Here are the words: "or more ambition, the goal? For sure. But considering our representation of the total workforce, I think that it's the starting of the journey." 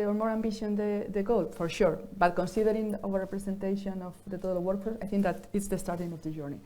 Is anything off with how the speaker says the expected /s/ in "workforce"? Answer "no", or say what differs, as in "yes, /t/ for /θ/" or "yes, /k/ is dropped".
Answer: yes, /s/ is dropped